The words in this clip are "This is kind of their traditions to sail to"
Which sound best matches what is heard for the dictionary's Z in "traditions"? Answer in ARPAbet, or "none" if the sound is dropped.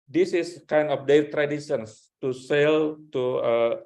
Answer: S